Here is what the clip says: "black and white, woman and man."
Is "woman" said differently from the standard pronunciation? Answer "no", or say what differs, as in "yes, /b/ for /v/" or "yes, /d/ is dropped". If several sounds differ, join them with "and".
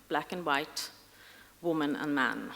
no